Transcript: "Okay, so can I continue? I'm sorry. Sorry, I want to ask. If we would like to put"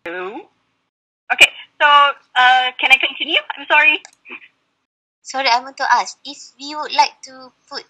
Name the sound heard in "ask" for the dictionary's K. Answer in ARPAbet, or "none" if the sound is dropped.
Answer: none